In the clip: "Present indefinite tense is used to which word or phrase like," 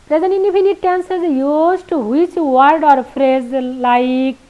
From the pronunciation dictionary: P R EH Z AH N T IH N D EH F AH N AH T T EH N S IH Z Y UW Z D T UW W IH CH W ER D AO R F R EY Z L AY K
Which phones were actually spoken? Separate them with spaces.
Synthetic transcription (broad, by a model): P R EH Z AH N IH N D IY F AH N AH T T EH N S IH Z Y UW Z T UW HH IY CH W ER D AO R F R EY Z L AY K